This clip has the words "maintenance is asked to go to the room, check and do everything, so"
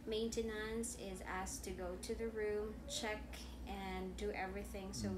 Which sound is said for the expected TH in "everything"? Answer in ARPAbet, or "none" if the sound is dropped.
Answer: TH